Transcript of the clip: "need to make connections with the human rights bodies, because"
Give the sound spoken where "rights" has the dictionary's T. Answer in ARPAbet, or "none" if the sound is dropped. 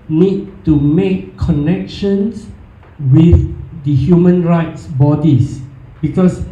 T